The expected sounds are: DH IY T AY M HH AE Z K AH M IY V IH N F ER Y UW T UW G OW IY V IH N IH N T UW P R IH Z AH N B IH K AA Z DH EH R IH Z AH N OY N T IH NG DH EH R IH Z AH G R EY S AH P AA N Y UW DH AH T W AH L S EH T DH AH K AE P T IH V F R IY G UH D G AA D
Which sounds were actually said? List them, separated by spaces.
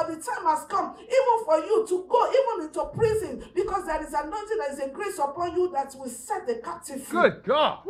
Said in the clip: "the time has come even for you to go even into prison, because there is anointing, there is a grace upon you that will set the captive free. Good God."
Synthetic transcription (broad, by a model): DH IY T AY M HH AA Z K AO M IY V IH N F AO Y UW T UW G OW IY V IH N IH N T UW P R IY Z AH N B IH K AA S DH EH R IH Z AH N OY N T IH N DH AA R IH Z AH G R EY S AH P AA N Y UW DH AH T W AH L S EH T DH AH K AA P T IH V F IY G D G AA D